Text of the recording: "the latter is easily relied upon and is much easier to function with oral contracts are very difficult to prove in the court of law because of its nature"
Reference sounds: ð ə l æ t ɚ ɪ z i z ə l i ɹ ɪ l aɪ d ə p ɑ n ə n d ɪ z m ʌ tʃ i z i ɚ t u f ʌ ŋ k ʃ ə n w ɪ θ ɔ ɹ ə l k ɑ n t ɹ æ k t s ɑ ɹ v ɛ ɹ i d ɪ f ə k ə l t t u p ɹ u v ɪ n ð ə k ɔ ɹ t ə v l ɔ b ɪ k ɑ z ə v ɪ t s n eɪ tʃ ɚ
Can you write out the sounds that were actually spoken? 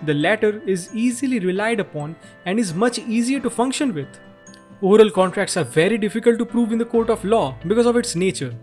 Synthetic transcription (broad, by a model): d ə l æ t ɚ ɪ z i z ə l i ɹ ɪ l aɪ d ə p ɑ n ə n d ɪ z m ʌ tʃ i z i ɚ t u f ʌ ŋ k ʃ ə n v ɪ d ɔ ɹ ə l k ɑ n t ɹ æ k t s ɑ ɹ v ɛ ɹ i d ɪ f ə k ə l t t u p ɹ u v ɪ n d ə k ɔ ɹ t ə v l ɔ b ɪ k ɑ z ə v ɪ t s n eɪ tʃ ɚ